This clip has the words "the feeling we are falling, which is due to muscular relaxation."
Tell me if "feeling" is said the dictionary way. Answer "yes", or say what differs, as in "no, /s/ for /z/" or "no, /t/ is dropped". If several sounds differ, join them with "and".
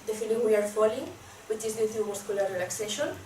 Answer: no, /n/ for /l/